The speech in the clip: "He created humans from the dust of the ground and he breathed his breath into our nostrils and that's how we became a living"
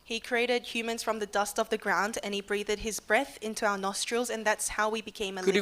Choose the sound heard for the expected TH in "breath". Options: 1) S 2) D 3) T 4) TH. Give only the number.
4